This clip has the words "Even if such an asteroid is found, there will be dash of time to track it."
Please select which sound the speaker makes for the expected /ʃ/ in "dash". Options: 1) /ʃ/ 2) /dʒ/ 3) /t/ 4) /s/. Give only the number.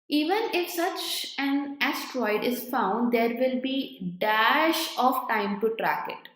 1